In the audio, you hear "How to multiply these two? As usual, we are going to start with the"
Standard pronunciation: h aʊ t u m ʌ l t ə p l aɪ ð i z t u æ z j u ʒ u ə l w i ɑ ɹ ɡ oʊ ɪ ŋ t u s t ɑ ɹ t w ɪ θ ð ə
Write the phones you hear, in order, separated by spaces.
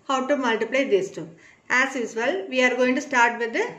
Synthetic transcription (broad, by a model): h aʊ t u m ʌ l t ə p l aɪ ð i s t u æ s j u s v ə l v i ɑ ɹ ɡ oʊ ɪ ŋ t u s t ɑ ɹ t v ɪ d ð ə